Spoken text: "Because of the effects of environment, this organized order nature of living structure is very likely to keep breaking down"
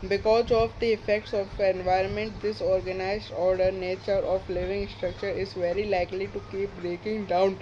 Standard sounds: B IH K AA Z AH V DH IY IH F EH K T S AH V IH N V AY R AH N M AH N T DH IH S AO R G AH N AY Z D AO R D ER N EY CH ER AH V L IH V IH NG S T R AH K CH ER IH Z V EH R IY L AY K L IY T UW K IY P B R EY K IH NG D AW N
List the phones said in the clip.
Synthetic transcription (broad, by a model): B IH K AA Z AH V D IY IH F EH K T S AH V IH N V AY R AH N M AH N T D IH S AO R G AH N AY Z D AO R D ER N EY CH ER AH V L IH V IH NG S T R AH K CH ER IH Z V EH R IY L AY K L IY T UW K IY P B R EY K IH NG D AW N